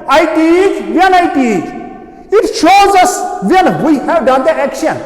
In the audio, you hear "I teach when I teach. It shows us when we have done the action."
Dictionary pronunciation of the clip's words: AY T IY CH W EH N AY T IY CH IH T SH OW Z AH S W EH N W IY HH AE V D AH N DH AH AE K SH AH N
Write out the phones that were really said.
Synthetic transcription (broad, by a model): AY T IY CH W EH N AY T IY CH IH T SH OW Z AH S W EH N W IY HH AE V D AH N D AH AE K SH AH N